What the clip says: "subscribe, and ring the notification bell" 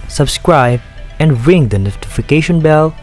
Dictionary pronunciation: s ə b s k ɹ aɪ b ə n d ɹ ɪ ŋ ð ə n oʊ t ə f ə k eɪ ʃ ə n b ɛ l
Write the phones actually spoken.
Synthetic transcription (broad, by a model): s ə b s k ɹ aɪ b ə n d ɹ ɪ ŋ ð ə n oʊ t ə f ə k eɪ ʃ ə n b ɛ l